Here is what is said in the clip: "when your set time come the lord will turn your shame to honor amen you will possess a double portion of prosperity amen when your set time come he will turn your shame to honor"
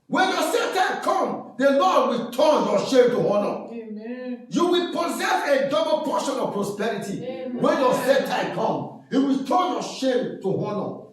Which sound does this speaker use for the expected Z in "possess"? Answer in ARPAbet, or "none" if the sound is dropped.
Z